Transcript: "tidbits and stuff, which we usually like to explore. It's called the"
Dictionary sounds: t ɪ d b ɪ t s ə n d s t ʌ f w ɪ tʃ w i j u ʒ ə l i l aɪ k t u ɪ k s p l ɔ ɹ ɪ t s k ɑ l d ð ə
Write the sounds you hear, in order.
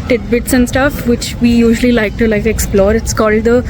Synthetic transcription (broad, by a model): t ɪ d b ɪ t s ə n d s t ʌ f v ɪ tʃ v i j u ʒ ə l i l aɪ k t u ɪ k s p l ɔ ɹ ɪ t s k ɑ l d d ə